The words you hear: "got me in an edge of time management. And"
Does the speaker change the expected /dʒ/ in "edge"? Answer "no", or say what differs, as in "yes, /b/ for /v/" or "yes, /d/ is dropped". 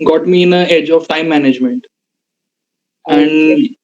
no